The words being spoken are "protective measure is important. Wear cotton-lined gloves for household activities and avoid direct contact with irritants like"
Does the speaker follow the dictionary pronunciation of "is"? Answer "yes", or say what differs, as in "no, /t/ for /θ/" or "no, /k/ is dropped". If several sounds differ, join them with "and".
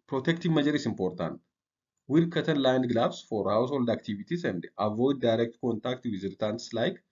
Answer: no, /s/ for /z/